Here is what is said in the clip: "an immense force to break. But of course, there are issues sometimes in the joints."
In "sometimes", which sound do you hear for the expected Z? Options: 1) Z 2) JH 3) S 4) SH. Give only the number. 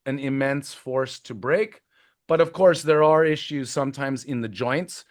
1